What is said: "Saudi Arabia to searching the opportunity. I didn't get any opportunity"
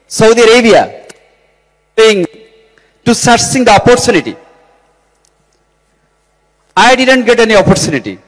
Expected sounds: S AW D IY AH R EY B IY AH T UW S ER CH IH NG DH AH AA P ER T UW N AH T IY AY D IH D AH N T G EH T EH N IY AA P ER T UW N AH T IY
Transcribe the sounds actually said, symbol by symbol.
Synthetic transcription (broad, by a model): S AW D IY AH R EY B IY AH T UW S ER S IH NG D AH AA P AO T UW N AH T IY AY D IH D AH N T G EH T EH N IY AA P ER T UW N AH T IY